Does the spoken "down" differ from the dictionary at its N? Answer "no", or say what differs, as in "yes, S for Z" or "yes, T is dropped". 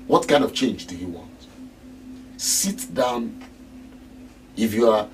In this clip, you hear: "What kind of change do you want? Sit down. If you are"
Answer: no